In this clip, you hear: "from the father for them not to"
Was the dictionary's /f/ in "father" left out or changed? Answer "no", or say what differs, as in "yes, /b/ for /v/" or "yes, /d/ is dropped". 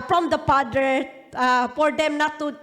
yes, /p/ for /f/